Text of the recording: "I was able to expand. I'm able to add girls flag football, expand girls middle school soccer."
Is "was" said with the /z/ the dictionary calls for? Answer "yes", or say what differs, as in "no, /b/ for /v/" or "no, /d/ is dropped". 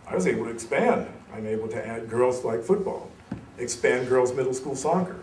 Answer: yes